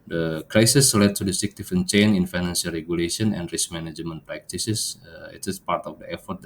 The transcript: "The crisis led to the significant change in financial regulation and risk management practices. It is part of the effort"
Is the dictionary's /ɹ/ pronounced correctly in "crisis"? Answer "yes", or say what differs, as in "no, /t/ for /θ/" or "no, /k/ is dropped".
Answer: yes